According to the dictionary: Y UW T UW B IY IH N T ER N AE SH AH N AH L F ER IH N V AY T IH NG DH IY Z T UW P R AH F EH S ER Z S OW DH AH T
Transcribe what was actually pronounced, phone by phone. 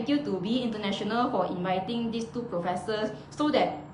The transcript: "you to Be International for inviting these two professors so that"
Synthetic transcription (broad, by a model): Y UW T UW B IY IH N T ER N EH SH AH N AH L F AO IH N V AY T IH NG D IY S T UW P R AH F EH S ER S OW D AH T